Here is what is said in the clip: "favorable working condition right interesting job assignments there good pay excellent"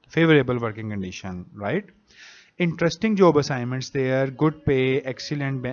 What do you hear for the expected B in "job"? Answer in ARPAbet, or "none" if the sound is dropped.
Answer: B